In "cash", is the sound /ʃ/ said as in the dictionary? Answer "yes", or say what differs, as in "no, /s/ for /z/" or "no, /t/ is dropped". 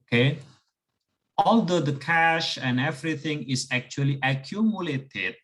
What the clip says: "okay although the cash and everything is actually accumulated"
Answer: yes